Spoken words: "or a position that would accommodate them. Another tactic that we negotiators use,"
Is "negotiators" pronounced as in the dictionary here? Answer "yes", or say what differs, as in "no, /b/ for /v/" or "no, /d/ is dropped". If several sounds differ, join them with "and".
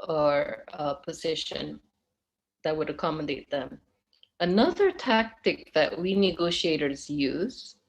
yes